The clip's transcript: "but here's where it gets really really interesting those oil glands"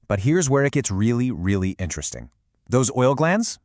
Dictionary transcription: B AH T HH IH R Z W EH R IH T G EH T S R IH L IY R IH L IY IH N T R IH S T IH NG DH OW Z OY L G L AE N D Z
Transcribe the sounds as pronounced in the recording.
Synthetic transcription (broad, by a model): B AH T HH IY R Z W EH R IH T G EH T S R IH L IY R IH L IY IH N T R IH S T IH NG DH OW Z OY L G L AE N D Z